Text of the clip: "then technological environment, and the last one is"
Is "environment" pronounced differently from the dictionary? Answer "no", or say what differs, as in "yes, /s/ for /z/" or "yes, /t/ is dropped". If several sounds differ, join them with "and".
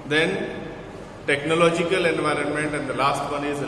no